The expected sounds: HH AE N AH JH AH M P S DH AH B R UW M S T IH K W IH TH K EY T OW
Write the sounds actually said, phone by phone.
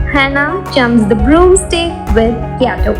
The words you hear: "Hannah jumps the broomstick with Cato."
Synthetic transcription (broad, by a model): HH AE N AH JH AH M S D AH B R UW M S T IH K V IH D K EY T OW